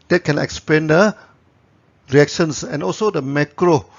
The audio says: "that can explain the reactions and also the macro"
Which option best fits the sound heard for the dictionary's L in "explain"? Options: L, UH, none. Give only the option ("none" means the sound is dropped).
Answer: none